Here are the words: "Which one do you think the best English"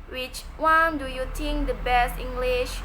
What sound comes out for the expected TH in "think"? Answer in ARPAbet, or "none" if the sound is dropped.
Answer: T